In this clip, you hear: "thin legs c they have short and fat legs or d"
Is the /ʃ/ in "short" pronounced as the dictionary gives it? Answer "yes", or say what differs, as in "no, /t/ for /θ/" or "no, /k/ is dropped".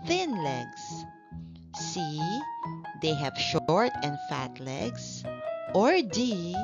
yes